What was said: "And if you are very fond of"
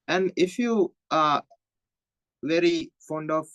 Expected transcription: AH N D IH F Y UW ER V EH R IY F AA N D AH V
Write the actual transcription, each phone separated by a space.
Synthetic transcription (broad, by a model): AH N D IH F Y UW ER V EH R IY F AA N D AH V